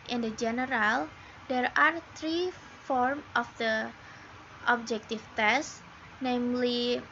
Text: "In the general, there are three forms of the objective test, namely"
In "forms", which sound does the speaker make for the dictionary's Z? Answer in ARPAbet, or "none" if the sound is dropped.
none